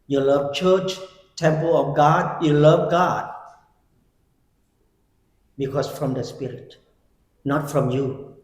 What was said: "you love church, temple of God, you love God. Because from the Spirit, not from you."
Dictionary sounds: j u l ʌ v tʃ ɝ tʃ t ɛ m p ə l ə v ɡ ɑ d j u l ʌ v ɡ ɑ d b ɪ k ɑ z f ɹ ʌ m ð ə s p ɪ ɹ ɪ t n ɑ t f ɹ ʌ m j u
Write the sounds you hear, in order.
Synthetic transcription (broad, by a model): j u l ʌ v tʃ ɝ tʃ t ɛ m p ə l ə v ɡ ɑ d j u l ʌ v ɡ ɑ d b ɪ k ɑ s f ɹ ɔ m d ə s p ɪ ɹ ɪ t n ɑ t f ɹ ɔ m j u